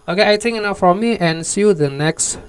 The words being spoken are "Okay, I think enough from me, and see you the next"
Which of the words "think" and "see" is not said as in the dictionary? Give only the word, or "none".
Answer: think